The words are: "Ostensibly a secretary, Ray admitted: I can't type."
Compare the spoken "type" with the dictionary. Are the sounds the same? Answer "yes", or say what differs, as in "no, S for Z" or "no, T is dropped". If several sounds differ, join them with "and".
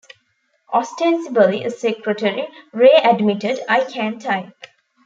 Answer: no, P is dropped